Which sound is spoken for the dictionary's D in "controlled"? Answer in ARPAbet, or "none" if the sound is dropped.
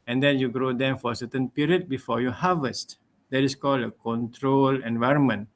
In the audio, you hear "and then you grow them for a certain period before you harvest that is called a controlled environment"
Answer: none